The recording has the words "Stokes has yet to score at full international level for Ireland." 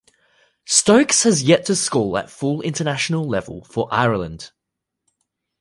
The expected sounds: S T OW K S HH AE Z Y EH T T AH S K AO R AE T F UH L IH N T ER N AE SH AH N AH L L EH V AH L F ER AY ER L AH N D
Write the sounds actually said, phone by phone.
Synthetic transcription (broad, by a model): S T OW K S HH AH Z Y EH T T AH S K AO L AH T F UH L IH N T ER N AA SH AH N AH L L EH V AH L F ER AY ER L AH N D